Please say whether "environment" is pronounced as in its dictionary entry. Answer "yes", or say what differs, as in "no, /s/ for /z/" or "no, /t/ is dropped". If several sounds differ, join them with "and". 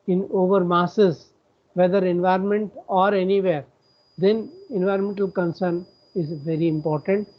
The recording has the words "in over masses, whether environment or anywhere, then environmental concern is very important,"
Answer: yes